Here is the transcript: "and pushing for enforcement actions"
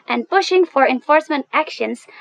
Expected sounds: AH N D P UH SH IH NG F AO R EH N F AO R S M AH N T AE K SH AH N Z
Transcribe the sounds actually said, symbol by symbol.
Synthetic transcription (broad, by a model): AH N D P UH SH IH NG F AO R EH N F AO R S M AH N T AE K SH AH N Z